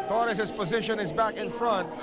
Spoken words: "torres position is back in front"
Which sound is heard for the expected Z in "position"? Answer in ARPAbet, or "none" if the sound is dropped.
Z